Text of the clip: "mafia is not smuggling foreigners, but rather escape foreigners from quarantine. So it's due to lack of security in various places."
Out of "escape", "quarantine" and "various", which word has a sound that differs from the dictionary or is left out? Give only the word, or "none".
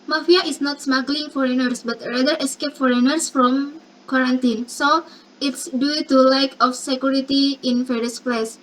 various